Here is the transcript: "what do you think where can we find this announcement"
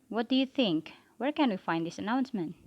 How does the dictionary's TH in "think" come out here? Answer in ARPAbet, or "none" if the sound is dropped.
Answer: TH